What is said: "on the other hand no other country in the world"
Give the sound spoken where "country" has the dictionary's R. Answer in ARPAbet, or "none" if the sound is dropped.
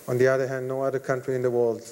R